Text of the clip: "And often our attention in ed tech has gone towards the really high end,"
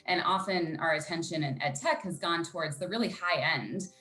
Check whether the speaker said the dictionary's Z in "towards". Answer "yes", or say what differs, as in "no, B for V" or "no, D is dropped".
yes